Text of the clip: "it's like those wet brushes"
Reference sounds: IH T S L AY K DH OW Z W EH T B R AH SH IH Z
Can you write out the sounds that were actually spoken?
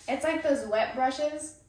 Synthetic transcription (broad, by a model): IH T S L AY K DH OW Z W EH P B R AH SH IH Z